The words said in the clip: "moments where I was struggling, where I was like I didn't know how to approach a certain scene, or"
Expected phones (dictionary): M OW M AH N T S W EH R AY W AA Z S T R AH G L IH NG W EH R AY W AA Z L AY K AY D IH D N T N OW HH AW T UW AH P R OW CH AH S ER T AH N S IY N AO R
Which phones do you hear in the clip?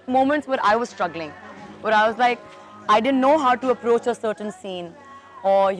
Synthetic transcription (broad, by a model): M OW M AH N T S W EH R AY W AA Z S T R AH G L IH NG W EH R AY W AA Z L AY K AY D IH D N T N OW HH AW T UW AH P R OW CH AH S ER T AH N S IY N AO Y